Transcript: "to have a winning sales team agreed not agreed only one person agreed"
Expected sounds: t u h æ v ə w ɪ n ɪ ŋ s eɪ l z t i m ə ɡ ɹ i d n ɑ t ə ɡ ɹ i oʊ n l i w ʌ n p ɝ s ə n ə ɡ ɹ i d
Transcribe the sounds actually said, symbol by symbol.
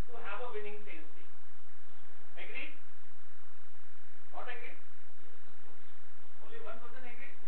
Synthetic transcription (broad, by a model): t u h æ v ə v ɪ n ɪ ŋ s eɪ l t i ə ɡ ɹ i d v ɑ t ə ɡ ɹ i oʊ n l i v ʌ n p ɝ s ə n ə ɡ ɹ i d